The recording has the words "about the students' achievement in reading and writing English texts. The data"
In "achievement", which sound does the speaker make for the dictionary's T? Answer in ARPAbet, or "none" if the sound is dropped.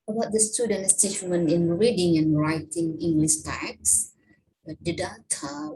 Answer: none